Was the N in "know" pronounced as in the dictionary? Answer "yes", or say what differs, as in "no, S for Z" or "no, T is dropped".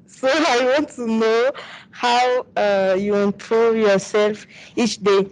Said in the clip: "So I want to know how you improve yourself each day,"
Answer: yes